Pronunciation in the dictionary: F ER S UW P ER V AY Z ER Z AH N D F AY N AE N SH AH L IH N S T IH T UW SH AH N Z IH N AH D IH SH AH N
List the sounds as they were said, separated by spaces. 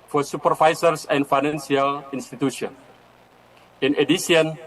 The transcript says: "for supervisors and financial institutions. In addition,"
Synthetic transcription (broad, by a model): F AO S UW P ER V AY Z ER S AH N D F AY N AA N S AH L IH N S T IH T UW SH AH N IH N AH D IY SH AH N